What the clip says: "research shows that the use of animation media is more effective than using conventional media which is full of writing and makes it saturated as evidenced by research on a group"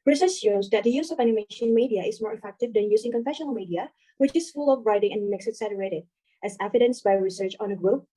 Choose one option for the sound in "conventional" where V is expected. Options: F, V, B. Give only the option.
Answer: F